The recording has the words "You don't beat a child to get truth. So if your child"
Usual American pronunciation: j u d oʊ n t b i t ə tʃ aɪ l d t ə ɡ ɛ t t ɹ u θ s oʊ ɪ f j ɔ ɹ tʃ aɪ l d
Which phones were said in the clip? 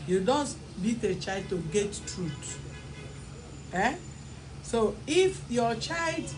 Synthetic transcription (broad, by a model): j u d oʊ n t b i t ə tʃ aɪ l d t ə ɡ ɛ t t ɹ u t s oʊ ɪ f j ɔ tʃ aɪ l d